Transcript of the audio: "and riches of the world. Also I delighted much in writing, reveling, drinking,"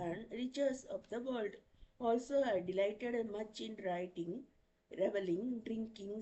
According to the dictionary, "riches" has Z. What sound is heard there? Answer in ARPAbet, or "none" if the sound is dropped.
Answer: S